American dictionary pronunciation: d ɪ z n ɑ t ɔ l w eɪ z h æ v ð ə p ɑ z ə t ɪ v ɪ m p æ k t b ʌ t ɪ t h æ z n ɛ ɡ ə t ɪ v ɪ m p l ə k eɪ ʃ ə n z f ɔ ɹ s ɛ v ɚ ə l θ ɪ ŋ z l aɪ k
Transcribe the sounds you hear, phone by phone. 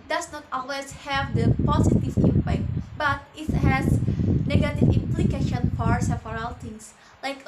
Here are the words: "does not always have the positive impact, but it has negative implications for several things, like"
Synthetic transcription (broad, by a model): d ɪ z n ɑ t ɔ l w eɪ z h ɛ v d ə p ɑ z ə t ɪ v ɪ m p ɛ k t b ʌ t ɪ t h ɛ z n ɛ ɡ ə t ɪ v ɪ m p l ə k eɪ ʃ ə n f ɔ ɹ s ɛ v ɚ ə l t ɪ ŋ s l aɪ k